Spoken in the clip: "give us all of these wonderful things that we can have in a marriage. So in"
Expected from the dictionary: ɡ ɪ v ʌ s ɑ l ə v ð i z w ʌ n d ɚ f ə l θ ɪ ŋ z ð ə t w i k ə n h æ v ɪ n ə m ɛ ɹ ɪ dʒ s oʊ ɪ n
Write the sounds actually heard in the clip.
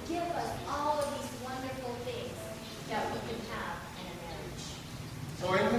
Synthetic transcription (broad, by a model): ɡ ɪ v ʌ s ɑ l ə v ð i z w ʌ n d ɚ f l θ ɪ ŋ z ð ə t w i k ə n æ v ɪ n ə m ɛ ɹ ɪ dʒ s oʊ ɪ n